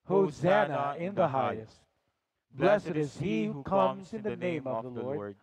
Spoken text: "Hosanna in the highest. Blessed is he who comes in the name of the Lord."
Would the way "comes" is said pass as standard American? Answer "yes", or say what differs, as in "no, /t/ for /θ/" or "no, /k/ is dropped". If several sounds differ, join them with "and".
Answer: yes